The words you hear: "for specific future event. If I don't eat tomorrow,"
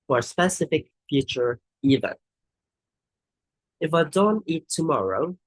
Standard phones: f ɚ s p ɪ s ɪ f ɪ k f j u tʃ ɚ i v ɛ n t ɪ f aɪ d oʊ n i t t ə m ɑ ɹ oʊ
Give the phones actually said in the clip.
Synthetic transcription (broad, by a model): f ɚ s p ɪ s ɪ f ɪ k f j u tʃ ɚ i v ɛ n ɪ f aɪ d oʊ n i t t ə m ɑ ɹ oʊ